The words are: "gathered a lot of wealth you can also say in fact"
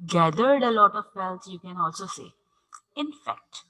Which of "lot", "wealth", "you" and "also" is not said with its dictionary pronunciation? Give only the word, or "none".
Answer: wealth